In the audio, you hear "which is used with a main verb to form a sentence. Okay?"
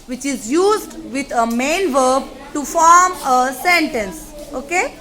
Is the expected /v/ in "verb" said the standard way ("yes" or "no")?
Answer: yes